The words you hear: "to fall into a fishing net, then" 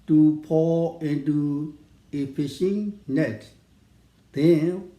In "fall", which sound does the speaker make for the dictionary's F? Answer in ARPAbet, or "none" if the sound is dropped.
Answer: P